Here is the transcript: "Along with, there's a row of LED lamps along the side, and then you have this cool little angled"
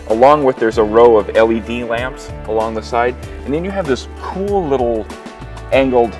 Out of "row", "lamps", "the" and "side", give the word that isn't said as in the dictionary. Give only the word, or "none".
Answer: none